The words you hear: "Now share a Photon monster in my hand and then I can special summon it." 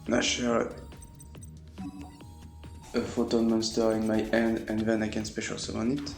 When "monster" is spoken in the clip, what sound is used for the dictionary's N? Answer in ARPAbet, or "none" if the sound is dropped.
N